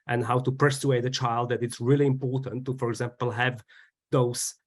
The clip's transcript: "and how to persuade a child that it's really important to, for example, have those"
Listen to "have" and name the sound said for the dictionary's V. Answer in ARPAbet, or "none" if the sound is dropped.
V